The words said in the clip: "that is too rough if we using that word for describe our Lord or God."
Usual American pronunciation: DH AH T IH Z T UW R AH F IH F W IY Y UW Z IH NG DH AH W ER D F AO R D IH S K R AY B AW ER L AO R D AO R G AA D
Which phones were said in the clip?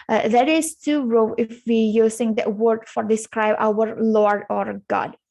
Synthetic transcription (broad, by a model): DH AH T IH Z T UW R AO IH F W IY Y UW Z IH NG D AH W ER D F AO R D IH S K R AY B AW ER L AO R D AO R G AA D